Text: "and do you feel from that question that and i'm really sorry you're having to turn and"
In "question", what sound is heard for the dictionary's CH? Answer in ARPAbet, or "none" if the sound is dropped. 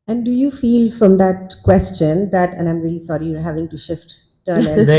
CH